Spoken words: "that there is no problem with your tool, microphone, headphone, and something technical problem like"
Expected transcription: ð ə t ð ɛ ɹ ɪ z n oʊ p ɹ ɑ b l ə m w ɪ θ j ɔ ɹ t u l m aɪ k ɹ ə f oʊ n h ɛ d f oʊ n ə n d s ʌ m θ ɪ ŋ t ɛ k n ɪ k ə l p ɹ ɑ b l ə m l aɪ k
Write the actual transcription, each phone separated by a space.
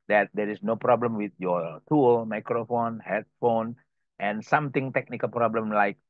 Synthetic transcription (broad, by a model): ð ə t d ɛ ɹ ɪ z n oʊ p ɹ ɑ b l ə m w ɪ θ j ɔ t u l m aɪ k ɹ ə f oʊ n h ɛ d f oʊ n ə n s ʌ m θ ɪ ŋ t ɛ k n ɪ k ə l p ɹ ɑ b l ə m l aɪ k